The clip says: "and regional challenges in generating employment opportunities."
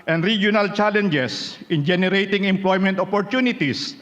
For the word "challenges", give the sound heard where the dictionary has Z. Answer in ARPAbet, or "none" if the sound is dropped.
S